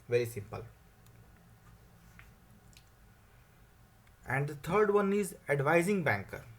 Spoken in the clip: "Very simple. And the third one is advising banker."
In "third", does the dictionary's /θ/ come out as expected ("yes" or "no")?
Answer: no